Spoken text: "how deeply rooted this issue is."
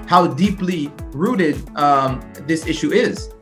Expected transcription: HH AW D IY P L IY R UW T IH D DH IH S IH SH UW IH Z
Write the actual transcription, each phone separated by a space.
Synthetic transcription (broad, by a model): HH AW D IY P L IY R UW T IH D DH IH S IH SH UW IH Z